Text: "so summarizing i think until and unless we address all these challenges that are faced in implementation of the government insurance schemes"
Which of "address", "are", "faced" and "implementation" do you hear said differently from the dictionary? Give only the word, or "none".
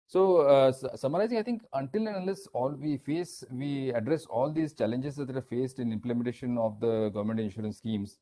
none